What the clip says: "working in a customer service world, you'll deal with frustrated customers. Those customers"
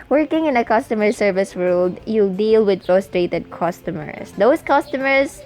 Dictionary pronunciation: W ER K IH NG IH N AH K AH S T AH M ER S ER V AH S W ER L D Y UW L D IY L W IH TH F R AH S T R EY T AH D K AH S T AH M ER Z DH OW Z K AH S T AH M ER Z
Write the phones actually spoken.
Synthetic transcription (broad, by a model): W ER K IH NG IH N AH K AH S T AH M ER S ER V AH S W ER L D Y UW D IY L W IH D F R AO S T R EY T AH D K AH S T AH M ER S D OW S K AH S T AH M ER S